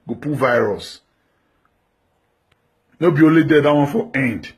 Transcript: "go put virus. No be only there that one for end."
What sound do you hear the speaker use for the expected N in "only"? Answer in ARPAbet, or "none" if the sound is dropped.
none